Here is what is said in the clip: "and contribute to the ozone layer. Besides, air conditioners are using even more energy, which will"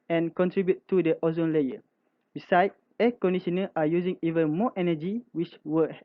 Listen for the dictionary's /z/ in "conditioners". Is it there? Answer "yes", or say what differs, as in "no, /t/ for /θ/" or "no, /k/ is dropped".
no, /z/ is dropped